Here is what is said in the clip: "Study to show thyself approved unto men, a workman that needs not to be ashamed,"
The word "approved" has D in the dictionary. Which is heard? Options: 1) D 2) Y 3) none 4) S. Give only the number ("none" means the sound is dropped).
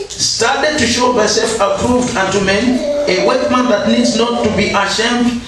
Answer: 1